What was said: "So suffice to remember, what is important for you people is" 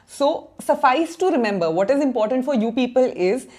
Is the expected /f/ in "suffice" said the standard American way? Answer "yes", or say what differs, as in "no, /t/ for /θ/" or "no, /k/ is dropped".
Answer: yes